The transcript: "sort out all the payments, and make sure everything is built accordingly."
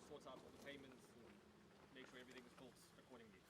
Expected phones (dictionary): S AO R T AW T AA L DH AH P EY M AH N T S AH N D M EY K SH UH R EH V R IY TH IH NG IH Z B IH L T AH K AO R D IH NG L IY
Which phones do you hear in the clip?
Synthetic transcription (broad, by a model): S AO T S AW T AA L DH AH P EY M AH N T S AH M EY K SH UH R EH V R IY TH IH NG IH Z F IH L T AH K AO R D IH NG L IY